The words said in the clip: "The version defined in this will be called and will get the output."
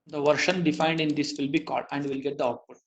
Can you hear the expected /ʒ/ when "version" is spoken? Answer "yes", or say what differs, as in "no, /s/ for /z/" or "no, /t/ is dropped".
no, /ʃ/ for /ʒ/